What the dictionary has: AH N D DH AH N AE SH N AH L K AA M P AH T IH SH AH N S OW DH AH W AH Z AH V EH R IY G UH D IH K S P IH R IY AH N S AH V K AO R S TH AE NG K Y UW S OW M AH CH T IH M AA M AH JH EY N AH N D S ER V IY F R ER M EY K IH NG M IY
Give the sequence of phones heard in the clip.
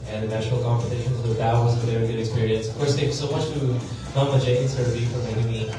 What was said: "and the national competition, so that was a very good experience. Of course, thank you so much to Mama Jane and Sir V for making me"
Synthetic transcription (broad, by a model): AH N DH AH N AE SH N L K AA M P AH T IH SH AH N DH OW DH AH W AH Z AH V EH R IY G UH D IH K S P IH R IY AH N S AH V K AO R S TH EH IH S OW M AH CH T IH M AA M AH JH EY AH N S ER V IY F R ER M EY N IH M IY